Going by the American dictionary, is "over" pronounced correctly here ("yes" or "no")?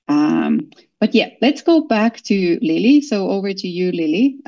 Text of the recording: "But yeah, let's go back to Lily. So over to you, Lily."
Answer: yes